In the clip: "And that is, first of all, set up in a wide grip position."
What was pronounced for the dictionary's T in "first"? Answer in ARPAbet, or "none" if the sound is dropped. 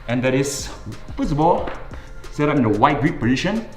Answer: none